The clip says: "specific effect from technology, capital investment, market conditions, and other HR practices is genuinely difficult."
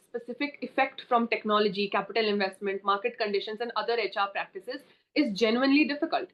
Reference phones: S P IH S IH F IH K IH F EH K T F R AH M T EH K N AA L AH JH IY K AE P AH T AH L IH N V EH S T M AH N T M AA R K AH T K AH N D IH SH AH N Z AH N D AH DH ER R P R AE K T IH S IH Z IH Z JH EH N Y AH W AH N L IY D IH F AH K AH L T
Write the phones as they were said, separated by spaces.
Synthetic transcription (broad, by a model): S P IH S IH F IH K IH F EH K T F R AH M T EH K N AA L AH JH IY K AE P AH T AH L IH N V EH S T M AH N T M AA R K AH T K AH N D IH SH AH N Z AH N D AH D ER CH P R AE K T IH S IH Z IH Z JH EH N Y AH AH N L IY D IH F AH K AH L T